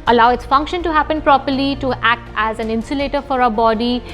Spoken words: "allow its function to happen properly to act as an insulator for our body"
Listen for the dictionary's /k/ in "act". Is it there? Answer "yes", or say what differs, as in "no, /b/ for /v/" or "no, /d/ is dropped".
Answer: yes